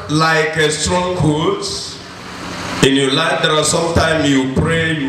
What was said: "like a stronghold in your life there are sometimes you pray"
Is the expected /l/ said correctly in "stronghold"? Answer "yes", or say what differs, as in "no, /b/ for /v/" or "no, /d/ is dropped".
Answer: no, /l/ is dropped